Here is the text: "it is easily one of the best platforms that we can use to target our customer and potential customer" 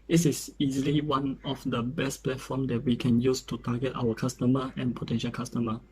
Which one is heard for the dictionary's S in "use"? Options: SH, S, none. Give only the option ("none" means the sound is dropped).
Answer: S